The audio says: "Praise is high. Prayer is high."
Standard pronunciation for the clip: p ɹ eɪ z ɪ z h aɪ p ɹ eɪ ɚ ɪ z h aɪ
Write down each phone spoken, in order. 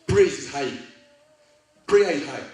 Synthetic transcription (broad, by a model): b ɹ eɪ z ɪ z h aɪ b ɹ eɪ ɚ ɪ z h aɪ